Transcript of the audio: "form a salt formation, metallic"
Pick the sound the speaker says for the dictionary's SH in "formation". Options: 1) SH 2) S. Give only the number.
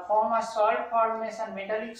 2